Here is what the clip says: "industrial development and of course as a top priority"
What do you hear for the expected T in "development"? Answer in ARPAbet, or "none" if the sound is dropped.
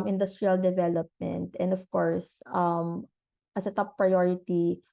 T